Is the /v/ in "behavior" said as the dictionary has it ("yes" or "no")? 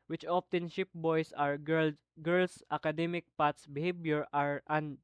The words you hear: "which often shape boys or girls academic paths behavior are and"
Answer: no